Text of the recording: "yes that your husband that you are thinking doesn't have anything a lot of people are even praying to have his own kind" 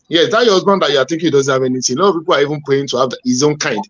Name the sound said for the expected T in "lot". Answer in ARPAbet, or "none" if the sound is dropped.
none